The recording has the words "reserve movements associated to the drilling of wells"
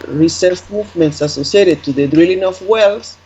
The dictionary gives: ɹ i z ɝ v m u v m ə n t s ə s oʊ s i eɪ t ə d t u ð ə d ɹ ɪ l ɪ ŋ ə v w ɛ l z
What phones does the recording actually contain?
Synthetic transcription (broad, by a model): ɹ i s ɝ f m u v m ə n t s ə s oʊ s i eɪ t ə d t u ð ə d ɹ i l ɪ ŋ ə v w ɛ l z